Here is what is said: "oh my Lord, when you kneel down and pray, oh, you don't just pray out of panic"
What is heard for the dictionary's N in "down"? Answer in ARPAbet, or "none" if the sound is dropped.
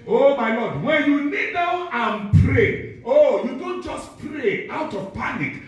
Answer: none